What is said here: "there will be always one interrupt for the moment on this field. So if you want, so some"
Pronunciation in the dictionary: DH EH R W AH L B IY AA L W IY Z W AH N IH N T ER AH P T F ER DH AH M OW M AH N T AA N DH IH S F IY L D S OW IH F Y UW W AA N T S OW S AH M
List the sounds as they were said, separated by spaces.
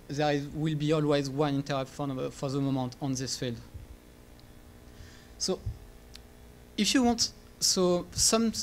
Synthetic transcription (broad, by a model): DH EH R W AH L B IY AA L W IY Z W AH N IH N T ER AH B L F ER DH AH M OW M AH N T AA N DH IH S F IY L D S OW IH F Y UW W AA N T S OW S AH M